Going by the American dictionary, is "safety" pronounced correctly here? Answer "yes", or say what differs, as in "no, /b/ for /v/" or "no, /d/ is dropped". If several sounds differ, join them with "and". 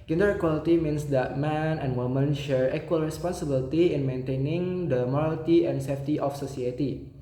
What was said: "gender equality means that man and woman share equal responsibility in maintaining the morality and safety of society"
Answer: yes